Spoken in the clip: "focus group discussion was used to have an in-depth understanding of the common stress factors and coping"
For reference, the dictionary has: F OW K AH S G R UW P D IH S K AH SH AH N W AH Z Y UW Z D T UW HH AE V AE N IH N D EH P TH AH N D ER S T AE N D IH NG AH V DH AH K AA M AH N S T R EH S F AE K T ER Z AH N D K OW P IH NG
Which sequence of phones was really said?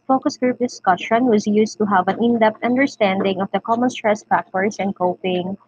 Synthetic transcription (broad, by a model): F OW K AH S G R UW P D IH S K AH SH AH N W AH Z Y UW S T UW HH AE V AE N IH N D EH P T AH N D ER S T AE N D IH NG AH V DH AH K AA M AH N S T R EH S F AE K T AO S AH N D K OW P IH NG